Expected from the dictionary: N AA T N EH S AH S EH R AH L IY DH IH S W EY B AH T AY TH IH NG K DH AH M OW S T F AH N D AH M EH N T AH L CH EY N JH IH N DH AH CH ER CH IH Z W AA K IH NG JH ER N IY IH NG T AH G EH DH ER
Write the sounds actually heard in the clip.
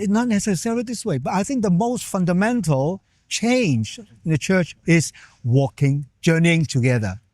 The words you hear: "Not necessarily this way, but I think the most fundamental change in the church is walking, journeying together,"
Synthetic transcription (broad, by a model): N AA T N EH S AH S EH R AH L IY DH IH S W EY B AH T AY TH IH NG K DH AH M OW S T F AH N D AH M EH N T AH L CH EY N JH IH N DH AH CH ER CH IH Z W AA K IH NG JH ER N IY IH NG T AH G EH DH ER